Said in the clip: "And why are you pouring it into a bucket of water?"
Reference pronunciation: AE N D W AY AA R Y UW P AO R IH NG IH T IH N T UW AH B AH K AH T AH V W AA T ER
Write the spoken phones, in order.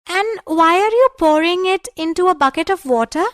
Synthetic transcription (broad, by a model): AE N D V AY AA R Y UW P AO R IH NG IH T IH N T UW AH B AH K AH T AH V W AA T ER